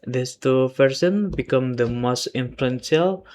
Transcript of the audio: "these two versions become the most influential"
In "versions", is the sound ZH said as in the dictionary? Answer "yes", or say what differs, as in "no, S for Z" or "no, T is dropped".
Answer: no, S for ZH